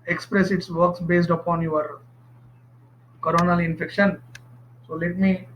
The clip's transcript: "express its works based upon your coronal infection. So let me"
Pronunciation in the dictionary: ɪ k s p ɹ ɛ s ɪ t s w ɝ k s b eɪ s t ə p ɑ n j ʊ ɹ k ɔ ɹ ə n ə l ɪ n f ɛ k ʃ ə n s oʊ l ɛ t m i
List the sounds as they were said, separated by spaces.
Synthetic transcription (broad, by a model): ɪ k s p ɹ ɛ s ɪ t s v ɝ k s b eɪ s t ə p ɑ n j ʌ ɹ k ɔ ɹ ə n ə l ɪ n f ɛ k ʃ ə n s oʊ l ɛ t m i